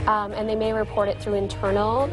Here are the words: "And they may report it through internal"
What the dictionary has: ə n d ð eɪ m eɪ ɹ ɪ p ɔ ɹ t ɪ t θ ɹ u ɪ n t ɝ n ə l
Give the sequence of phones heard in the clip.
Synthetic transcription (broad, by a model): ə n ð eɪ m eɪ ɹ ɪ p ɔ ɹ t ɪ t θ ɹ u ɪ n t ɝ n l